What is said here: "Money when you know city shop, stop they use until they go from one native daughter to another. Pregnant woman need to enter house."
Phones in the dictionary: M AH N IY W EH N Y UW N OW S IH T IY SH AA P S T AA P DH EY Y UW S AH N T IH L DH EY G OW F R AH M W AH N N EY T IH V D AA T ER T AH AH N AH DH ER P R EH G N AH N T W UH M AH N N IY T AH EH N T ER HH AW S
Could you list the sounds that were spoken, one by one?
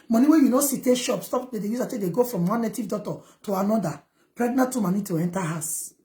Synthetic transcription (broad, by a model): M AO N IY W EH Y UW N OW S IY T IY SH AA P S T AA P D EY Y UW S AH T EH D EY G OW F R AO M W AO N N EY T IH V D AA T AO T AH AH N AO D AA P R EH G N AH T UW M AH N N IY T AH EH N T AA HH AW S